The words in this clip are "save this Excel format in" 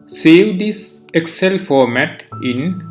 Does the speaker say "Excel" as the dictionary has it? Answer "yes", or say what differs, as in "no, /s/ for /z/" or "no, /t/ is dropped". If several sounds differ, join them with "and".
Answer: yes